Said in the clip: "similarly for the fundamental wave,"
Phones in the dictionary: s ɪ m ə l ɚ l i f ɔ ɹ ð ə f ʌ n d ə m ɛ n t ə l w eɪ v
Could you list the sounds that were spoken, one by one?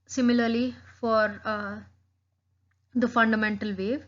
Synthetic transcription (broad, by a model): s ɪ m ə l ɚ l i f ɔ ɹ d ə f ʌ n d ə m ɛ n t ə l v eɪ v